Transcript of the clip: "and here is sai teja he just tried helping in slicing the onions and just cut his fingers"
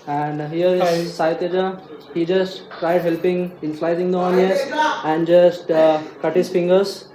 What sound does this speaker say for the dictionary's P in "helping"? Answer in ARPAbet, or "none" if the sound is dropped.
P